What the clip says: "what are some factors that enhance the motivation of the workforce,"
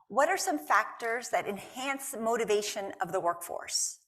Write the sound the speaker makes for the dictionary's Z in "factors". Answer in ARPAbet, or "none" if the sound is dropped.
Z